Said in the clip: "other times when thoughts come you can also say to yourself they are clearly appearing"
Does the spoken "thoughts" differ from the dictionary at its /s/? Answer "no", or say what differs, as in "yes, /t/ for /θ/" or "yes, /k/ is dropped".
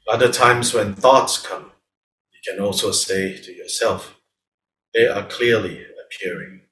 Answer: no